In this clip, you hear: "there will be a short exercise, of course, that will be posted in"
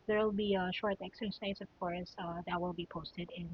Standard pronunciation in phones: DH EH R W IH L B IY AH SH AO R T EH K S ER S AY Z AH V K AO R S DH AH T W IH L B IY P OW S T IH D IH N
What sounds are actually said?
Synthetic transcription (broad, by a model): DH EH R W IH L B IY AH SH AO R T EH K S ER S AY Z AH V K AO R S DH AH T W IH L B IY P OW S T IH D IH N